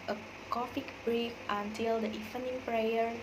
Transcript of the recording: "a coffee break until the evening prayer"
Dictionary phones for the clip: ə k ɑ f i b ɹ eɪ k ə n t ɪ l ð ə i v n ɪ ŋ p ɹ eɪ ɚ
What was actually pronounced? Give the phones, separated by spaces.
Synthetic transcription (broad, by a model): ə k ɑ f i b ɹ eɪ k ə n t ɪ l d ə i f n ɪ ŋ p ɹ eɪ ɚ